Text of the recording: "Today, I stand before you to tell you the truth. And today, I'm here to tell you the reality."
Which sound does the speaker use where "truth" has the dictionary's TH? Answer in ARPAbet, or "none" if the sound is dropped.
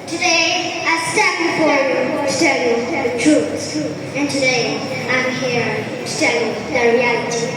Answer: S